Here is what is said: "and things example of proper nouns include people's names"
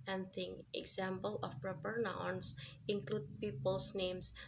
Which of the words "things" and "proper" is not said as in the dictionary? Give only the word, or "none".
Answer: things